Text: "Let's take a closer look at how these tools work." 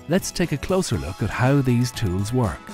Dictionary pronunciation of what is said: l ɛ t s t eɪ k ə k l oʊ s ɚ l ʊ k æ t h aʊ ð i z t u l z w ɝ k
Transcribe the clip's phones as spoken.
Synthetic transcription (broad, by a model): l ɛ t s t eɪ k ə k l oʊ s ɚ l ʊ k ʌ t h aʊ ð i z t u l z w ɝ k